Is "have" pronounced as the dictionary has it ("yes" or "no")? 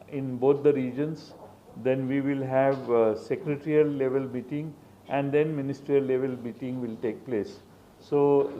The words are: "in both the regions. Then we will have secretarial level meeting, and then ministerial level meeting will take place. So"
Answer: yes